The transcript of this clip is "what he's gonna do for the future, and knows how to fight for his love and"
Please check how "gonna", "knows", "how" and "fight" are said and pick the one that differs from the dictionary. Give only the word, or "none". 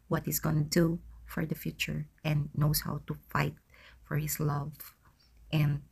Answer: knows